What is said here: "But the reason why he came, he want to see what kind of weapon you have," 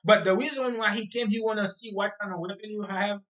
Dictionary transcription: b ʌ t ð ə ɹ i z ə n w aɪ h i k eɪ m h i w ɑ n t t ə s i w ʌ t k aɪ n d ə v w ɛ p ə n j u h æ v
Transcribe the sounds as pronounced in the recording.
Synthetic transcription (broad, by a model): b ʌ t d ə w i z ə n w aɪ h i k eɪ m h i w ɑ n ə s i w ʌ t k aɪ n ə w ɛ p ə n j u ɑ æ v